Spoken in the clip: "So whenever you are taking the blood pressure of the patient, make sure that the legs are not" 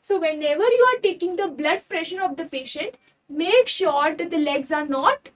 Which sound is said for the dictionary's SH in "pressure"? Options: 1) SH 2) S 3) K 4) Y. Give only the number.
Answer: 1